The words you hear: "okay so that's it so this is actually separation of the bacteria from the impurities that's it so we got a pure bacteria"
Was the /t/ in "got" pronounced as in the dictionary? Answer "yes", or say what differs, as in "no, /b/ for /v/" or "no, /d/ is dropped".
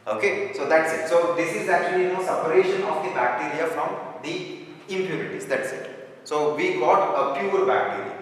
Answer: yes